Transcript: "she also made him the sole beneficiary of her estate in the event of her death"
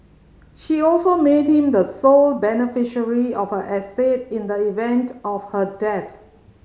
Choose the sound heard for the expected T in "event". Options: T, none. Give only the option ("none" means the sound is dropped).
T